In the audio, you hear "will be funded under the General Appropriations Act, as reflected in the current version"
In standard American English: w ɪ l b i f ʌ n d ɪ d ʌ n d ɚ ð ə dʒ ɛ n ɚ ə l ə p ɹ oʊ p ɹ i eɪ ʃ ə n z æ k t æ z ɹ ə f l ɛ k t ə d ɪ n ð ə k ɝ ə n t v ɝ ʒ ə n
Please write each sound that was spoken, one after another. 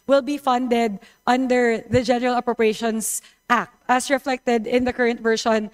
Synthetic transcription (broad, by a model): w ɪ l b i f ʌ n d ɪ d ʌ n d ɚ ð ə dʒ ɛ n ɚ ə l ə p ɹ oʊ p ɹ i eɪ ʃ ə n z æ k t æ s ɹ ə f l ɛ k t ə d ɪ n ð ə k ɝ ə n t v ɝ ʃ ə n